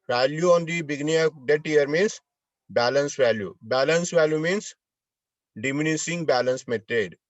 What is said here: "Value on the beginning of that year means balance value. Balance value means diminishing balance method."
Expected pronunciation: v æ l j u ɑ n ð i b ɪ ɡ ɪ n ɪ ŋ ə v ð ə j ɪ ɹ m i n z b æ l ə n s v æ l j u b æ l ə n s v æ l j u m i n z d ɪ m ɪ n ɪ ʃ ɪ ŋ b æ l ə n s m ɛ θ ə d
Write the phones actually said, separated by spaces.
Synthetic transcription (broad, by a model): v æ l j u ɑ n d i b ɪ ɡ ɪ n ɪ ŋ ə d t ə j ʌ ɹ m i n s b æ l ə n s v æ l j u b æ l ə n s v æ l j u m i n s d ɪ m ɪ n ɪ s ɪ ŋ b æ l ə n s m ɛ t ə d